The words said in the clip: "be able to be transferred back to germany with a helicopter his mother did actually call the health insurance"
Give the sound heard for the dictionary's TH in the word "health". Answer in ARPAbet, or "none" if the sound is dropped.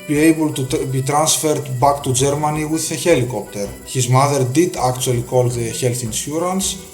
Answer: TH